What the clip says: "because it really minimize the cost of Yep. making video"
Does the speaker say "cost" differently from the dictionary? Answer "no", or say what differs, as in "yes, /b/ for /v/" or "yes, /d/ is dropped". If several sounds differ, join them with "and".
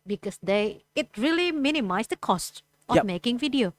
no